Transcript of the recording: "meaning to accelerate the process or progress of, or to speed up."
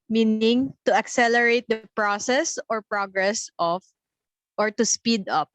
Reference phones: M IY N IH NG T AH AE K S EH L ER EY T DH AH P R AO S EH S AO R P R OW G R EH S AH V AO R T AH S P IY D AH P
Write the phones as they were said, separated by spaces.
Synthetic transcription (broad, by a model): M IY N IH NG T AH AE K S EH L ER EY T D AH P R AO S EH S AO R P R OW G R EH S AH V AO R T AH S P IY D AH P